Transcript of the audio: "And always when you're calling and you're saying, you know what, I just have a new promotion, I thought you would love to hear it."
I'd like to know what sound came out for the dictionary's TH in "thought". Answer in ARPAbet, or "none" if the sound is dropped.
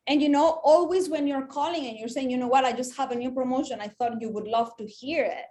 TH